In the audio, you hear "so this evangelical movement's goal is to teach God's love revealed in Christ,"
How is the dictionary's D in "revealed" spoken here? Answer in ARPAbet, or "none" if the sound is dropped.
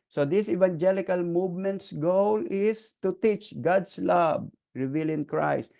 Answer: none